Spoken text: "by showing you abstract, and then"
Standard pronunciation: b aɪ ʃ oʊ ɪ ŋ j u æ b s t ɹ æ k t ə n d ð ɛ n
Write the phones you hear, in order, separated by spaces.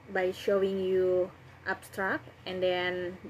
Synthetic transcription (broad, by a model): b aɪ ʃ oʊ ɪ ŋ j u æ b s t ɹ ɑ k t ə n d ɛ n